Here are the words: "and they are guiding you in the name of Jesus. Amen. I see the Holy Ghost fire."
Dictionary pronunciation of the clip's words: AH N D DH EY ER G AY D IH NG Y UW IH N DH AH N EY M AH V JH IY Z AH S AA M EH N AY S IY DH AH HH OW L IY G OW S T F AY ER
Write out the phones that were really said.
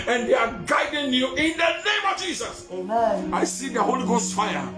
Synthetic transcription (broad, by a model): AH N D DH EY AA G AY D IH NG Y UW IH N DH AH N EY M AH V JH IY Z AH S AA IH S IY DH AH HH OW L IY G OW S T F AY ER